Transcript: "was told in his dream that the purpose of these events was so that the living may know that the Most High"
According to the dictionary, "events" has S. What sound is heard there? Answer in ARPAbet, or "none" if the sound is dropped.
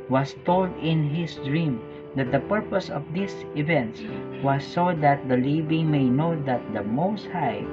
S